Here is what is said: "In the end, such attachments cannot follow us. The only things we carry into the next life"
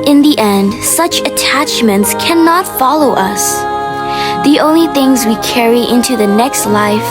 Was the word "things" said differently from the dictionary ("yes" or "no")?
no